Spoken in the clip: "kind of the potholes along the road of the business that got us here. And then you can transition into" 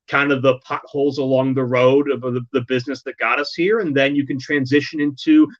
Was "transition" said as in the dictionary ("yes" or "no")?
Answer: yes